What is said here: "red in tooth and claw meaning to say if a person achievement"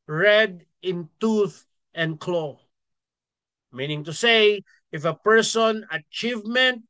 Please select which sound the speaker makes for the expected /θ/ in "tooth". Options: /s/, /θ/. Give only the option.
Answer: /θ/